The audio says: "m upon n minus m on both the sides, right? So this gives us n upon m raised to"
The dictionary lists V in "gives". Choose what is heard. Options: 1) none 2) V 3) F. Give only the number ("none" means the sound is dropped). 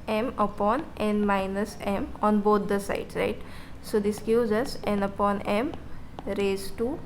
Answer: 1